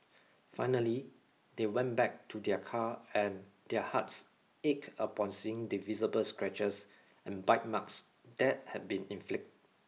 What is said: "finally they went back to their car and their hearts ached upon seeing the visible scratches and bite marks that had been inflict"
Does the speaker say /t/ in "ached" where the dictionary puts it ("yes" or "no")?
no